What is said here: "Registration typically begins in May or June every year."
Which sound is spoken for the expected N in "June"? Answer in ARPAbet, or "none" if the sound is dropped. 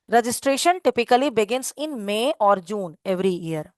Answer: N